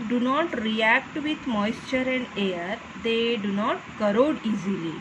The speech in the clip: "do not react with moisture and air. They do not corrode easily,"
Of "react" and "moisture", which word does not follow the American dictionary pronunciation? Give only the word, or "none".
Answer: none